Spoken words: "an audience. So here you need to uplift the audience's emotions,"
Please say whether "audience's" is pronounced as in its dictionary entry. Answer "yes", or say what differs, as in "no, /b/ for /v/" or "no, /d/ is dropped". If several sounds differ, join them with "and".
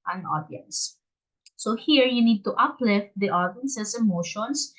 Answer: no, /s/ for /z/